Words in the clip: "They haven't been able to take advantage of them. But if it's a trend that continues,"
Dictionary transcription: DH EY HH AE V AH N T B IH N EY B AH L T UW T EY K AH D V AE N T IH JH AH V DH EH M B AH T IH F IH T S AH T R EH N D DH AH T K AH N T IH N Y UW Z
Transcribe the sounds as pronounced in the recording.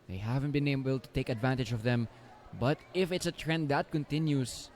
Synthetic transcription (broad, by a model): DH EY HH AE V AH N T B IH N EY B AH L T UW T EY K AH D V AE N T IH JH AH V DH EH M B AH T IH F IH T S AH T R EH N D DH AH T K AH N T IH N Y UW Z